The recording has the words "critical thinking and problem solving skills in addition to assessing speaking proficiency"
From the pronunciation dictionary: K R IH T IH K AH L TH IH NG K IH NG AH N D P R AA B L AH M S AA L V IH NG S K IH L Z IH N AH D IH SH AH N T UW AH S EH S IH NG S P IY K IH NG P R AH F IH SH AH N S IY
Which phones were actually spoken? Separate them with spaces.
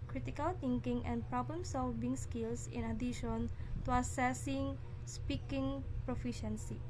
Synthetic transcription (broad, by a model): K R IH T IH K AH L T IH NG K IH NG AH N P R AA B L AH M S AA L V IH NG S K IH L S IH N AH D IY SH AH N T UW AH S EH S IH NG S P IY K IH NG P R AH F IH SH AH N S IY